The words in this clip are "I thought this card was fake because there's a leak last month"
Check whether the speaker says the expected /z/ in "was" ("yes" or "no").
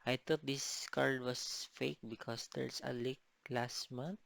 no